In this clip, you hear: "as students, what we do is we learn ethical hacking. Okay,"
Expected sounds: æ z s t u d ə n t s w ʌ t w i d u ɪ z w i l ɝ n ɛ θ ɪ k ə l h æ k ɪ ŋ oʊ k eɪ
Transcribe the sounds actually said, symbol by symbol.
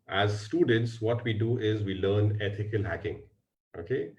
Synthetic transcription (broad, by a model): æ z s t u d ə n t s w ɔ t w i d u ɪ z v i l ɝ n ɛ t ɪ k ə l h æ k ɪ ŋ oʊ k eɪ